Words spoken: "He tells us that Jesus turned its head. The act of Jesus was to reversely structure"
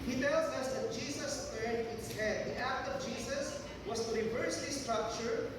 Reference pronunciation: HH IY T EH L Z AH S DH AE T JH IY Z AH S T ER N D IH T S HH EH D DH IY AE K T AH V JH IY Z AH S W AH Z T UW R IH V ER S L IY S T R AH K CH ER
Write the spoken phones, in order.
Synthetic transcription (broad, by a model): HH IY T EH L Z AH S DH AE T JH IY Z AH S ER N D IH T S HH EH D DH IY AE K T AH V JH IY S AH S W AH S T UW R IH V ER S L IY S T R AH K CH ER